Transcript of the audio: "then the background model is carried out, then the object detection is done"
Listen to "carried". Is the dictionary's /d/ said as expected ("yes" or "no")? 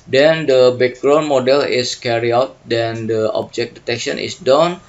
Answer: no